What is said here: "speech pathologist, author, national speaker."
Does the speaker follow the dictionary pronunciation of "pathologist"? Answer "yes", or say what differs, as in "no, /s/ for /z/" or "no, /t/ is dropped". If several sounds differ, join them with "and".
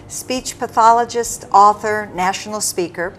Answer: yes